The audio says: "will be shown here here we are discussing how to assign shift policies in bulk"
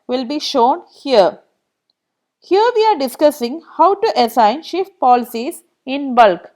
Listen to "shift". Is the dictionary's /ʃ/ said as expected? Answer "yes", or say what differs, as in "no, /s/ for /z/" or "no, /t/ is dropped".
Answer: yes